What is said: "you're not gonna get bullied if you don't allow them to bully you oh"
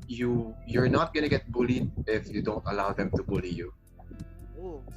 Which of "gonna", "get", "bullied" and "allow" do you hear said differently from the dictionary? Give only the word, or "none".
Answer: none